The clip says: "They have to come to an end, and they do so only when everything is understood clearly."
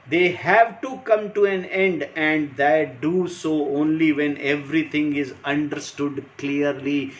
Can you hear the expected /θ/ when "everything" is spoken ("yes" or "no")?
no